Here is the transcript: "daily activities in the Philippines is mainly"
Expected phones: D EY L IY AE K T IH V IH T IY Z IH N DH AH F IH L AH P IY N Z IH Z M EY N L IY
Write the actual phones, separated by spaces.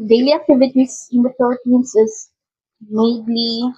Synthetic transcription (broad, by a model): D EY L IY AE K T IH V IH T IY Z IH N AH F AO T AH AH N S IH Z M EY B L IY